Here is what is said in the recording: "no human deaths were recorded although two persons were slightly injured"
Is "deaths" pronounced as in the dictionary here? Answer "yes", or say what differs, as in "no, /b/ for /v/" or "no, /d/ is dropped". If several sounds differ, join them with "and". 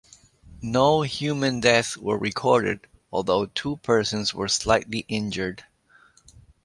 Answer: no, /s/ is dropped